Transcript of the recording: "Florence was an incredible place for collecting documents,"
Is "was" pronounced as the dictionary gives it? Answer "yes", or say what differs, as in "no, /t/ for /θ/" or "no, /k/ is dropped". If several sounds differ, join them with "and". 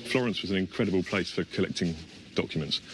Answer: yes